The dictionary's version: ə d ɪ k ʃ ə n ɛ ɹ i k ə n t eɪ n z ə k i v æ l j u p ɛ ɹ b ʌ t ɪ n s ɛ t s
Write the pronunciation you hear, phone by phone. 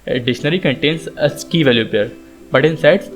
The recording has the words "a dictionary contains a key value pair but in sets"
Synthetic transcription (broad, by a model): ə d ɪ ʃ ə n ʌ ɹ i k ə n t eɪ n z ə k i v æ l j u p ɛ ɹ b ʌ t ɪ n s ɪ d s